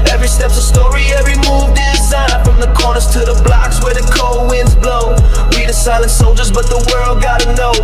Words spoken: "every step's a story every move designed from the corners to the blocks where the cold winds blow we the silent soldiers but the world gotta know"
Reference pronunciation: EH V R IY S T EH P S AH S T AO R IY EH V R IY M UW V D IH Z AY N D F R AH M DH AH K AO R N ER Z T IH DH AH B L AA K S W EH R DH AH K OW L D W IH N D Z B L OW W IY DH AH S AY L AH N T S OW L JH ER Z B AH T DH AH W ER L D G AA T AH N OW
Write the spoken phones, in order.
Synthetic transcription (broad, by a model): EH V R IY S T EH P S AH S T AO R IY EH V R IY M UW V D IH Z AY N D F R AH M DH AH K AO R N ER Z T IH DH AH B L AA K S W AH R DH AH K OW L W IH N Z B L OW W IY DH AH S AY L AH N T S OW L JH ER Z B AH T DH AH W ER L D G AA T AH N OW